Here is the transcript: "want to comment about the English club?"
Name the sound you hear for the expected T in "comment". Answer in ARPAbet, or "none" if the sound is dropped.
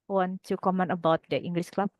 none